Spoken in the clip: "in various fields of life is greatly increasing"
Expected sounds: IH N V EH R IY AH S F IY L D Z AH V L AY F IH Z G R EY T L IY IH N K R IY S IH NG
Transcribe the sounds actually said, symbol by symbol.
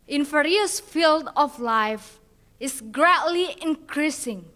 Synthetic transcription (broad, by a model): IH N F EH R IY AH S F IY L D AH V L AY F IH S G R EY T L IY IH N K R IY S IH NG